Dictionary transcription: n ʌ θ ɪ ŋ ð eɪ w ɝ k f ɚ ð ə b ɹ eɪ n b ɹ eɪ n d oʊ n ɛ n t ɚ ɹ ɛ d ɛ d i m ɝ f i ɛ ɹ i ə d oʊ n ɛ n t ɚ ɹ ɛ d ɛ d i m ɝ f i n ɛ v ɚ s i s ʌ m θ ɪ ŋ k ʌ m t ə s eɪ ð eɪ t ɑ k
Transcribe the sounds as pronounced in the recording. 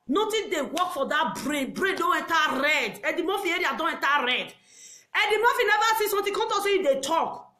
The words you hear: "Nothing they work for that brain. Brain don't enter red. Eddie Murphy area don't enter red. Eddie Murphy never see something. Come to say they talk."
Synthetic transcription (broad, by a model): n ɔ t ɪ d eɪ w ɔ k f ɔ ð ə b ɹ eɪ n b ɹ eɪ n d oʊ n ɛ n t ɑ ɹ ɛ d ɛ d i m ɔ f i ɛ ɹ i ə d oʊ n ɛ n t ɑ ɹ ɛ d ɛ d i m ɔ f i n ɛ v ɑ s i s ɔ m t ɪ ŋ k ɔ t ə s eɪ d eɪ t ɑ k